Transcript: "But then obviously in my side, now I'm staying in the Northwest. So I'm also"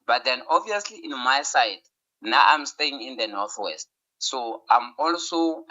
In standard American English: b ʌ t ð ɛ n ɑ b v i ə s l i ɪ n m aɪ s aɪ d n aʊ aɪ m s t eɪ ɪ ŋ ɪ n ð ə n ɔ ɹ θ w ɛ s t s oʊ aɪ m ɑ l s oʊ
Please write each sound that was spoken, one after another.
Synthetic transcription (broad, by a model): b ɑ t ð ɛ n ɑ b v i ə s l i ɪ n m aɪ s aɪ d n aʊ aɪ m s t eɪ ɪ ŋ ɪ n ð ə n ɔ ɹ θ w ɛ s t s oʊ aɪ m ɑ l s oʊ